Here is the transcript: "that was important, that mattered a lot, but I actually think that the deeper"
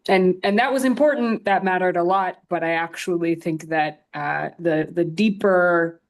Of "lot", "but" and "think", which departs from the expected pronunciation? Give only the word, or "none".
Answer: none